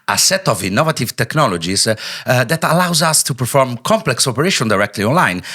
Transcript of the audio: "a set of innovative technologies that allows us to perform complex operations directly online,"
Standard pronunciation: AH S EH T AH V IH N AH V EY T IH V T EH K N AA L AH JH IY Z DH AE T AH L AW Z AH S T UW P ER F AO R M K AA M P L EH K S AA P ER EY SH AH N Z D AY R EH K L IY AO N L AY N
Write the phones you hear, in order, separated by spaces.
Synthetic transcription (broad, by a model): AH S EH T AH V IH N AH V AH T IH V T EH K N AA L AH JH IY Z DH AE T AH L AW Z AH S T UW P ER F AO R M K AA M P L EH K S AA P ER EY SH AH N D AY R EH K L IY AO N L AY N